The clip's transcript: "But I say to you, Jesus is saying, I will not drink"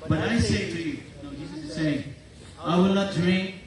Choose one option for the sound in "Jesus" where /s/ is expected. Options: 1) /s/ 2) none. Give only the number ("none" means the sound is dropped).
2